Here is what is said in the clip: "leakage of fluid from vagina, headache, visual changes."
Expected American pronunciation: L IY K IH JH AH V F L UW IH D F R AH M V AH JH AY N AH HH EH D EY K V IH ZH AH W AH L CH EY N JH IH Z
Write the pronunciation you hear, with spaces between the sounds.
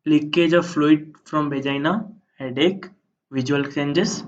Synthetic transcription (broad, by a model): L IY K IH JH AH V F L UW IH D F R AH M B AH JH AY N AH HH EH D EY K V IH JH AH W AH L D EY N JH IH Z